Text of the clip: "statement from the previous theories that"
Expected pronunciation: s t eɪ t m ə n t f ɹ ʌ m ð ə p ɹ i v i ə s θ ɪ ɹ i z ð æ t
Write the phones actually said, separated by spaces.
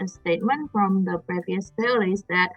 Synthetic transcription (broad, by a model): s t eɪ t m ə n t f ɹ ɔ m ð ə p ɹ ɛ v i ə s f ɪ l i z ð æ t